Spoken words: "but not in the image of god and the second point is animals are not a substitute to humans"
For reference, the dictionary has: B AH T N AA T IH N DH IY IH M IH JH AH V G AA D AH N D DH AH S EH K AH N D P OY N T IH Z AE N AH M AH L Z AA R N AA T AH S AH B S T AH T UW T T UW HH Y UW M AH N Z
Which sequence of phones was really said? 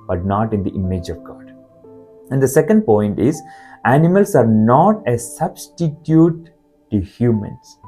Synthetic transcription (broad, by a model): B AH T N AA T IH N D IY IH M IH JH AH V G AA D AH N D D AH S EH K AH N D P OY N T IH Z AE N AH M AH L S AA R N AA T AH S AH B S T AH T UW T T UW HH Y UW M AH N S